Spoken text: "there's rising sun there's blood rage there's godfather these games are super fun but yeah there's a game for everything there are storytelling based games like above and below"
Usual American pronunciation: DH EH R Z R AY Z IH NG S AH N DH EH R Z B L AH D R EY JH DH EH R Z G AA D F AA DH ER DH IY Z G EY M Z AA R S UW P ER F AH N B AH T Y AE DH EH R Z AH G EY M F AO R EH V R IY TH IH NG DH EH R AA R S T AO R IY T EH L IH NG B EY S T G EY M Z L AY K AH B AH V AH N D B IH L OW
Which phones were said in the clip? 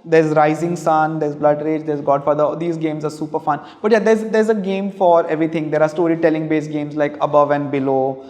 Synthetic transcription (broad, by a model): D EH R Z R AY Z IH NG S AH N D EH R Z B L AH D R EY JH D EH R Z G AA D F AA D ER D IY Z G EY M Z AA R S UW P ER F AH N B AH T Y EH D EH R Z AH G EY M F AO R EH V R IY T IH NG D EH R AA R S T AO R IY T EH L IH NG B EY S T G EY M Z L AY K AH B AH V AH N D B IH L OW